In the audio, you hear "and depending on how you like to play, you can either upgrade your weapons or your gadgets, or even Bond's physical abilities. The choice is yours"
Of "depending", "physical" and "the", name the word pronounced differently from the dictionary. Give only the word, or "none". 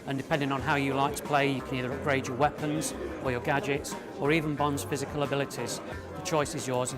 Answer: none